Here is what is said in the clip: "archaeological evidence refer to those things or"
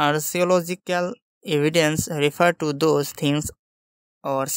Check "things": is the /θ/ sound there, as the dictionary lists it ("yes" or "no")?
no